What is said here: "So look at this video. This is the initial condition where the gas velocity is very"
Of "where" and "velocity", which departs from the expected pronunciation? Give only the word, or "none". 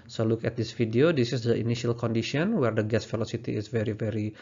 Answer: velocity